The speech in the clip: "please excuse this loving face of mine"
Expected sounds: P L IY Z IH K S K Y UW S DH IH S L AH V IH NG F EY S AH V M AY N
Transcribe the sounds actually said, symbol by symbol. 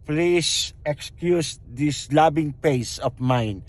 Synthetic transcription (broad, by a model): P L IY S IH K S K Y UW S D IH S L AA B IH NG P EY S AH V M AY N